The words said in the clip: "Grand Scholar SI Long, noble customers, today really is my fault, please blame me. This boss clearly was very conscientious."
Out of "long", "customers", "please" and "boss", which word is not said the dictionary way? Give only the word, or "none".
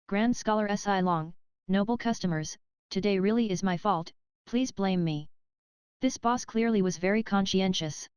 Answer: none